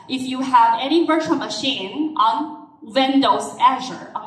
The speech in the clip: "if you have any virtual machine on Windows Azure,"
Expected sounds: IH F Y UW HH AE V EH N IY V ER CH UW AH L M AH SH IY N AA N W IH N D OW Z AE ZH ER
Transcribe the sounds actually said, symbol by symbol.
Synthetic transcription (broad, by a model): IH F Y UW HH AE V EH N IY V ER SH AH N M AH SH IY N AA N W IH N D OW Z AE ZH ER